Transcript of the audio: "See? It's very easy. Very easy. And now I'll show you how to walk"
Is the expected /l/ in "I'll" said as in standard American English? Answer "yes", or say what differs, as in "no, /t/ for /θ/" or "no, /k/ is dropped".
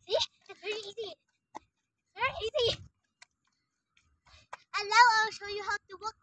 no, /w/ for /l/